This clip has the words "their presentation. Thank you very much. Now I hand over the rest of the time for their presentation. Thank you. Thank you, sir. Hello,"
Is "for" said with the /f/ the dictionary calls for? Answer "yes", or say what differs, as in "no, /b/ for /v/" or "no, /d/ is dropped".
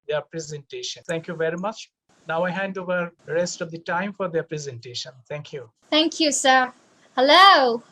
yes